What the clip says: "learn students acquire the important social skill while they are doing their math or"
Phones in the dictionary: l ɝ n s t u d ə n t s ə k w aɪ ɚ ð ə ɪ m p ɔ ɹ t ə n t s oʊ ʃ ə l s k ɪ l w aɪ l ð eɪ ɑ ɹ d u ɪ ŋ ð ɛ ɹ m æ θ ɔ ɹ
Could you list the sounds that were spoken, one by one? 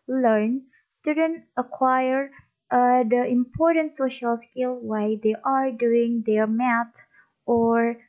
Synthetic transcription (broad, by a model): l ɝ n s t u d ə n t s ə k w aɪ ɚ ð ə ɪ m p ɔ ɹ t ə n t s oʊ ʃ ə l s k ɪ l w aɪ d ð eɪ ɑ ɹ d u ɪ ŋ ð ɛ ɹ m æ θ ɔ ɹ